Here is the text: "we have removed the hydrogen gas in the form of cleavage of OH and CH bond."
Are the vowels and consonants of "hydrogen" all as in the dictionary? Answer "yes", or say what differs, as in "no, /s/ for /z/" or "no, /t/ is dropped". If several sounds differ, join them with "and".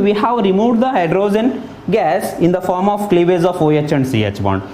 no, /z/ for /dʒ/